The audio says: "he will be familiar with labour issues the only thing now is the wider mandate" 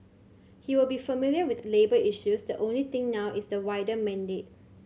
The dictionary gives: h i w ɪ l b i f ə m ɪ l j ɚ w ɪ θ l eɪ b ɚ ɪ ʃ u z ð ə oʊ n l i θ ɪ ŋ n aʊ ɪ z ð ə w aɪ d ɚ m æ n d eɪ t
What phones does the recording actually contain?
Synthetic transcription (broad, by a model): h i w ɪ l b i f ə m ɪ l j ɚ w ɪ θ l eɪ b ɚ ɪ ʃ u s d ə oʊ n l i t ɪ ŋ n aʊ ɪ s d ə w aɪ d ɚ m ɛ n d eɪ t